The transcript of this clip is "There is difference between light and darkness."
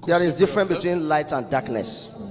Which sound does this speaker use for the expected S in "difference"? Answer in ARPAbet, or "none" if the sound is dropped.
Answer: none